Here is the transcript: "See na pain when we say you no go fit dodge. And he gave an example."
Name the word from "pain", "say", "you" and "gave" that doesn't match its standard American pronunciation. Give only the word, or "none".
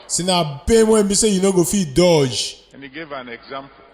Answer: pain